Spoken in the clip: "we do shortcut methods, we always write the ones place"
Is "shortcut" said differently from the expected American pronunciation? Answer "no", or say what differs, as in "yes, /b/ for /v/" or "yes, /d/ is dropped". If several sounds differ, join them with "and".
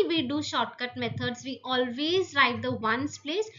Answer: no